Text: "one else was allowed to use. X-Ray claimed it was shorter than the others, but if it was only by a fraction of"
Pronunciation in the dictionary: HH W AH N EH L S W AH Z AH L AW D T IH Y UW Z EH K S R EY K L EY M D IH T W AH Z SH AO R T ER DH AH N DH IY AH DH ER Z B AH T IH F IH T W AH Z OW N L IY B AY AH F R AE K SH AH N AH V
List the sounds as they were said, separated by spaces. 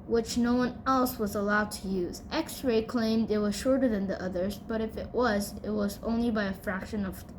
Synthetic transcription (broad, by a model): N W AH N EH L S W AH Z AH L AW D T IH Y UW Z EH K S R EY K L EY M D IH T W AH Z SH AO R T ER DH AH N DH IY AH DH ER Z B AH T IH F IH T W AH Z OW N L IY B AY AH F R AE K SH AH N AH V